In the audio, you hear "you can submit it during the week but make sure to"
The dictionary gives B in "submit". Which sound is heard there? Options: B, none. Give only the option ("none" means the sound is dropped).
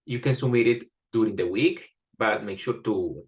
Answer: none